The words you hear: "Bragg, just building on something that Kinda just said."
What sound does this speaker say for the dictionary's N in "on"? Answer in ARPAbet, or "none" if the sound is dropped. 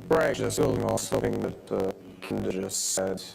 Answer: L